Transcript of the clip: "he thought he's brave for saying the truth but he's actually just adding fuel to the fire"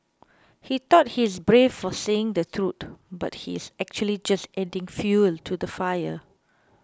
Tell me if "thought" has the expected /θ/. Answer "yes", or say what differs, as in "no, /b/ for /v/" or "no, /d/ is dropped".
no, /t/ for /θ/